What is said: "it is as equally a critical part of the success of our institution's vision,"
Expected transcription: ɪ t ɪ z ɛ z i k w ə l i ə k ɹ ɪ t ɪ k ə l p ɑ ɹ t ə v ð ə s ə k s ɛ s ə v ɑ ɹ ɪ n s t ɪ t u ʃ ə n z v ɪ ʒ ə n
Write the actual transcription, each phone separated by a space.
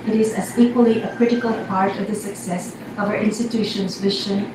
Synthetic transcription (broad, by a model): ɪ t ɪ z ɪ z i k w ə l i ə k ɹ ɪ t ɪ k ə l p ɑ ɹ t ə v ð ə s ə k s ɛ s ə v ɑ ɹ ɪ n s t ɪ t u ʃ ə n z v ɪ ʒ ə n